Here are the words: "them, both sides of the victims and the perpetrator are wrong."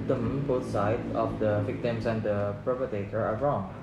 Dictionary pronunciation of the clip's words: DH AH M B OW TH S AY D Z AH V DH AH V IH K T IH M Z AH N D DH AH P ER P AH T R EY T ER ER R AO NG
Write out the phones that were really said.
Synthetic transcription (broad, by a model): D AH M B OW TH S AY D AH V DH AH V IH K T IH M S AH N D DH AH P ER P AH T EY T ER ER R AO NG